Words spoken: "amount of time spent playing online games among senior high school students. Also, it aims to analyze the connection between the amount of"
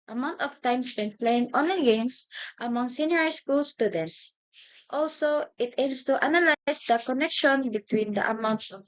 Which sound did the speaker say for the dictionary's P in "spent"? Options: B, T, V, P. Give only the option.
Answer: B